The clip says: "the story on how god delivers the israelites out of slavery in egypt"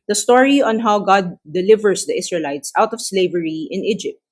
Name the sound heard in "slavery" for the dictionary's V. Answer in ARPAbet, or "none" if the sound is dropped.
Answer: V